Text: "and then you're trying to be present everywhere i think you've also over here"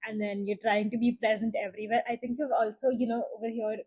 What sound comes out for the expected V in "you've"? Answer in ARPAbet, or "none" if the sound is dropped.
none